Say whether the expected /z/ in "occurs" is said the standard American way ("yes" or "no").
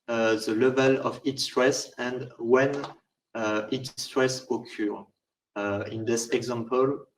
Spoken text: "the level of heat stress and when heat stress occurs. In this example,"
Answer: no